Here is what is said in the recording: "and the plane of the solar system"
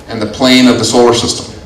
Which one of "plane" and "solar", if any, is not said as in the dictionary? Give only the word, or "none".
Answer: none